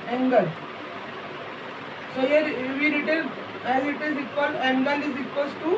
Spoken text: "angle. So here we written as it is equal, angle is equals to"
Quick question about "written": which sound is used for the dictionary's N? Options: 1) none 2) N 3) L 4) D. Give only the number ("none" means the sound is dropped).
3